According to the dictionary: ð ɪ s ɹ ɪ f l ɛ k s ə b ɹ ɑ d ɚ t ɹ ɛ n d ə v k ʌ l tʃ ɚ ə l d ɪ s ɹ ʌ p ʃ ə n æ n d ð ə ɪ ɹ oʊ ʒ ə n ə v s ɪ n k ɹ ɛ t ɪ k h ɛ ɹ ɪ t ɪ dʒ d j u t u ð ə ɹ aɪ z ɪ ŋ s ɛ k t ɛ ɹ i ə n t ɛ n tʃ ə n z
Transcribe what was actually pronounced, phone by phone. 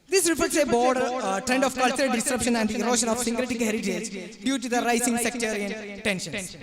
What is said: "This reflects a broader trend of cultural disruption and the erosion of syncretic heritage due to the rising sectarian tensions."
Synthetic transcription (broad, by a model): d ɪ s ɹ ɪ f ɛ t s ə b ɑ d t ɹ ɛ n d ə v k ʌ l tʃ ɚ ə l d ɪ s ɹ ʌ p ʃ ə n æ n d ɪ ɹ oʊ ʃ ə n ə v s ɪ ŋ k ɹ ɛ t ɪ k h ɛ ɹ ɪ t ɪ z d j u t u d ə ɹ aɪ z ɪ ŋ s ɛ k t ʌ ɹ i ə n t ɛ n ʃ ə n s